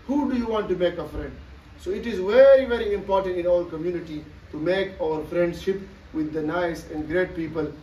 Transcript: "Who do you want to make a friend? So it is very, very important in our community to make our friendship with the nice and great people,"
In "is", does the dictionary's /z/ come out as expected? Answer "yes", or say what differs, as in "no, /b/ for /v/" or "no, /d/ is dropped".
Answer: yes